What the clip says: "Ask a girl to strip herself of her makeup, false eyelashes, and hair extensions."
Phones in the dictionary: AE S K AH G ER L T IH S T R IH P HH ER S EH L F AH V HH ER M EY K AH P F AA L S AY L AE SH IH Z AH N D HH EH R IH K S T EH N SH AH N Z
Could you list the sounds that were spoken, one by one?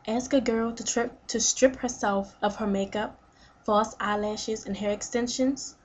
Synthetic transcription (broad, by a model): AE S K AH G ER L T IH S T R IH P HH ER S EH L F AH V HH ER M EY K AH P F AA S AY L AE SH IH Z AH N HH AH R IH K S T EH N SH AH N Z